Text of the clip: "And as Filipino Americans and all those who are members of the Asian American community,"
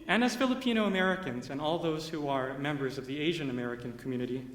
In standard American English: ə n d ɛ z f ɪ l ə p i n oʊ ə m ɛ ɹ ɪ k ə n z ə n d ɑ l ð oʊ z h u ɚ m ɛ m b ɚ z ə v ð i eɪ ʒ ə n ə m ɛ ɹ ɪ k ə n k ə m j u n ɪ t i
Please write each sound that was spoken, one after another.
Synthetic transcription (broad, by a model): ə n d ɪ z f ɪ l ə p i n oʊ ə m ɛ ɹ ɪ k ə n z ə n ɑ l ð oʊ z h u ɚ m ɛ m b ɚ z ə v ð i eɪ ʒ ə n ə m ɛ ɹ ɪ k ə n k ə m j u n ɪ t i